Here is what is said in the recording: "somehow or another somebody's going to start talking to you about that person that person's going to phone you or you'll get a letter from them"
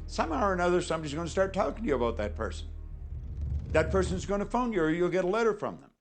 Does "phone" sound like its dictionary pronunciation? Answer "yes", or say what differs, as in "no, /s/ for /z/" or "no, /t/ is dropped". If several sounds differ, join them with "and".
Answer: yes